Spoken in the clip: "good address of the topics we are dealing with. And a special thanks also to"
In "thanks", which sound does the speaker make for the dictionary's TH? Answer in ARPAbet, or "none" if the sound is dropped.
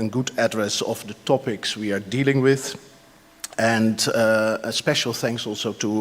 TH